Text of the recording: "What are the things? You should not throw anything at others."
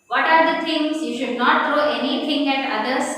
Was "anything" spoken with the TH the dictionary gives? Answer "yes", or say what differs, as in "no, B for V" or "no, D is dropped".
no, T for TH